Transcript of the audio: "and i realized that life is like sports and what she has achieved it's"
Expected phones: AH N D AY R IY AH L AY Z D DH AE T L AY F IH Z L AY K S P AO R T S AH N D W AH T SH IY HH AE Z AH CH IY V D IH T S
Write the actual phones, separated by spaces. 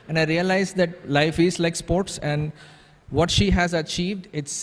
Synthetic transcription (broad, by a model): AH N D AY R IY AH L AY Z D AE T L AY F IH Z L AY K S P AO R T S AH N D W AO T SH IY HH AE Z AH CH IY V D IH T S